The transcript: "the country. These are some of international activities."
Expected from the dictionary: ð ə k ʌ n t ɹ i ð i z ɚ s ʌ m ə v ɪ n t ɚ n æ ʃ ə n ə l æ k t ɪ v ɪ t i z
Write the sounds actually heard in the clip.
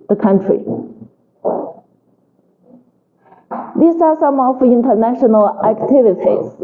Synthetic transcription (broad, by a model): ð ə k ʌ n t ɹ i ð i s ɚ s ʌ m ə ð ɪ n t ɚ n æ ʃ ə n ə l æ k t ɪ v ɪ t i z